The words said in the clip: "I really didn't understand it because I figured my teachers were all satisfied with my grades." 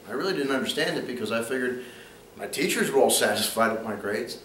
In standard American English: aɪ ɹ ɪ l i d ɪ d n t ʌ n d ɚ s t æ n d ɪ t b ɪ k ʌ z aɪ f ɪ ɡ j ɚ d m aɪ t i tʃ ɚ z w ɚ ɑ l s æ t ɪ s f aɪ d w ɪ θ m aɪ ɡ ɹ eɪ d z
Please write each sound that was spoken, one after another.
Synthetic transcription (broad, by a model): aɪ ɹ ɪ l i d ɪ d n t ʌ n d ɚ s t æ n d ɪ t b ɪ k ʌ z aɪ f ɪ ɡ j ɚ d m aɪ t i tʃ ɚ z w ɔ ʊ l s æ t ɪ s f aɪ d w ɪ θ m aɪ ɡ ɹ eɪ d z